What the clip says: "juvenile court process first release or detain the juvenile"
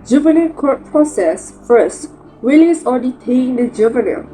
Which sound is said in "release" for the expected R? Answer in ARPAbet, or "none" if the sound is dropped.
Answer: W